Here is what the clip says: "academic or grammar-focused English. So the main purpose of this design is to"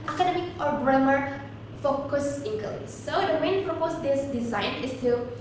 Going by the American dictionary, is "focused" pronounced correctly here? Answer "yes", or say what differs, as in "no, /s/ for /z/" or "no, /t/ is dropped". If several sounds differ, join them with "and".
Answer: no, /t/ is dropped